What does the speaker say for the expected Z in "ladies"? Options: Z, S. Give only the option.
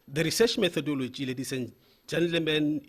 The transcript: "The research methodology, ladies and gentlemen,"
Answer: S